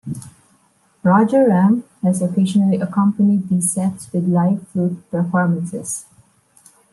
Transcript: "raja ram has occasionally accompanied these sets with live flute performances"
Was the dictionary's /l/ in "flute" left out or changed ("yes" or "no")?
yes